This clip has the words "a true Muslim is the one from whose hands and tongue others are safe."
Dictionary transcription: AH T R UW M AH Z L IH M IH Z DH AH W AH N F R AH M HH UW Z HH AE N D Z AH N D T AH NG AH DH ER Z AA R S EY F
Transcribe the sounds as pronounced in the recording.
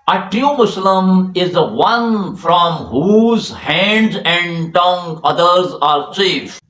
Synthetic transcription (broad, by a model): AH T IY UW M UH S L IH M IH Z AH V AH N F R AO M HH UW Z HH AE N D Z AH N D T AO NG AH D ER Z AA R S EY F